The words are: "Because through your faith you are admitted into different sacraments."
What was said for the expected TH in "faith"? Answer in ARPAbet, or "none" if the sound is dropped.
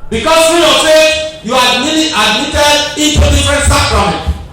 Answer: S